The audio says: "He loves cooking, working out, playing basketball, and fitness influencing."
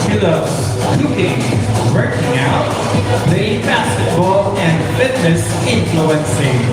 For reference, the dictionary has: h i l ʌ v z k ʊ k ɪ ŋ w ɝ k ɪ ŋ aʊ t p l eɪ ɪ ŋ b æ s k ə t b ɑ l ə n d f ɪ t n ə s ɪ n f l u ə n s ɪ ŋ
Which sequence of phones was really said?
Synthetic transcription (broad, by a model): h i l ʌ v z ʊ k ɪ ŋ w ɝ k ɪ ŋ aʊ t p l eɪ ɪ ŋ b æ s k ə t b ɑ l ə n d f ɪ t n ə s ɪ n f l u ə n s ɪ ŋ